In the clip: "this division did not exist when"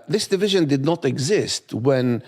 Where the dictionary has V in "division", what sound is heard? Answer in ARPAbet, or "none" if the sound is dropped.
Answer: V